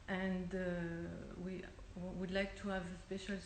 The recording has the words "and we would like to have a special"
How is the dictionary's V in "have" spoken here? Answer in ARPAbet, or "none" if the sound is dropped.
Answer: V